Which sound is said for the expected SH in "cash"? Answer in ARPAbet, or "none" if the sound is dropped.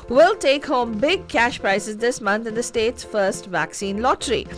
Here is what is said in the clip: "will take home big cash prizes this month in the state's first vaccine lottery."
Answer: SH